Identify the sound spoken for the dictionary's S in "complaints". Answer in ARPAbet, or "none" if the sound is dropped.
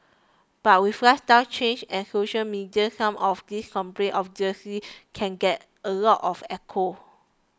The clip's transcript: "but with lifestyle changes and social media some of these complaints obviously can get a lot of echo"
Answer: none